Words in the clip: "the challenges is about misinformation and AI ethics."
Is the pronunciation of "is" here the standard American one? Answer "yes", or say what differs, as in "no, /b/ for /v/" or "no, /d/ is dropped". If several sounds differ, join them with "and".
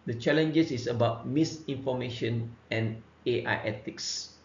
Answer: no, /s/ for /z/